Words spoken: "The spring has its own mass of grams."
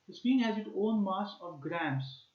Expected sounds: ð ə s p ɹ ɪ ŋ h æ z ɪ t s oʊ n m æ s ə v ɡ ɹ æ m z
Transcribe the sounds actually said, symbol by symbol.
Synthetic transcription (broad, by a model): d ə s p i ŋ h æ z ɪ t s oʊ n m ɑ s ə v ɡ ɹ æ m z